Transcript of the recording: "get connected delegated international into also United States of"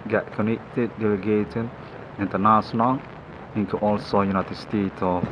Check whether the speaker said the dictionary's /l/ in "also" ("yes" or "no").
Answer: yes